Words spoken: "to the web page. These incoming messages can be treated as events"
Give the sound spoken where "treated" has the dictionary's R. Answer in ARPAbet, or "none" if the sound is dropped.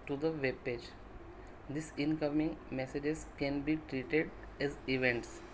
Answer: R